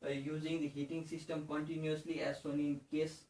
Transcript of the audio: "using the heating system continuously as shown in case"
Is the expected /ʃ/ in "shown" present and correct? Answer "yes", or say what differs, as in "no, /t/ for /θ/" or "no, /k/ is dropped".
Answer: no, /s/ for /ʃ/